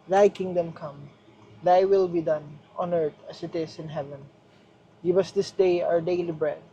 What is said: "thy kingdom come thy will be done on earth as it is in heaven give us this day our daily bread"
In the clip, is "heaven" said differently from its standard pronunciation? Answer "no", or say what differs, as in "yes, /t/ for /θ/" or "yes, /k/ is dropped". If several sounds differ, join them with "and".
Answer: no